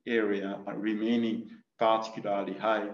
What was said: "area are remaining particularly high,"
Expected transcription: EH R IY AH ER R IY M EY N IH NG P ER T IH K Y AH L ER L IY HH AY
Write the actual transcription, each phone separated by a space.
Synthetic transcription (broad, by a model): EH R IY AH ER R IY M EY N IH NG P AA T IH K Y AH L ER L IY HH AY